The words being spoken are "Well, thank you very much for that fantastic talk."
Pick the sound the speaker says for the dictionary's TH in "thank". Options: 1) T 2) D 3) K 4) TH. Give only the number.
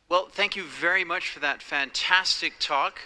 4